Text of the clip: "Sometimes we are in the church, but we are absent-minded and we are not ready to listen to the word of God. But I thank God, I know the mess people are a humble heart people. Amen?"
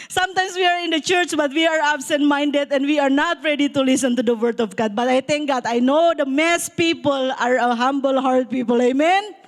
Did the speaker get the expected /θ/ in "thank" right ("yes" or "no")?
no